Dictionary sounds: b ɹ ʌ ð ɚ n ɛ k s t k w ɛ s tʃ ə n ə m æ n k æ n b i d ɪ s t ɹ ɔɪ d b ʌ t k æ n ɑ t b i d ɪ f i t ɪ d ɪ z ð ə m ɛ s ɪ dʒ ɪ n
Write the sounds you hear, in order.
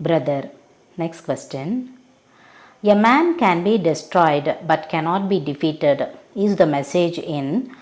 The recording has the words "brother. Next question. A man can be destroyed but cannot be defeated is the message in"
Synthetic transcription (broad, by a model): b ɹ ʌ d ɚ n ɛ k s t k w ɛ s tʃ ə n ə m æ n k æ n b i d ɪ s t ɹ ɔɪ d b ʌ t k æ n ɑ t b i d ɪ f i t ɪ d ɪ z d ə m ɛ s ɪ dʒ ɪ n